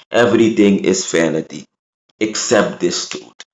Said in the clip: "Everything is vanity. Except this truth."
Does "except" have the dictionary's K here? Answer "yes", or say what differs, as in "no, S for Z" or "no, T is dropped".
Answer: yes